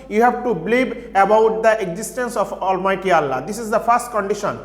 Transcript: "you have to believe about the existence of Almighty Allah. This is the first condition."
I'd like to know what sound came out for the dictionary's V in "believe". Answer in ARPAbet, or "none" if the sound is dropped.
B